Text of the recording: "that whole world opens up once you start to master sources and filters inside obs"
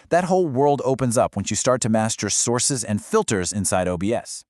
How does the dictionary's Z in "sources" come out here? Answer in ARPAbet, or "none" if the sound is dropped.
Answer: Z